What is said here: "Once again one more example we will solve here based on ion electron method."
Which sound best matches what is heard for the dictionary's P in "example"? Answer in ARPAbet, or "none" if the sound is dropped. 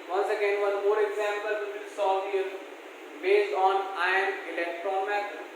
P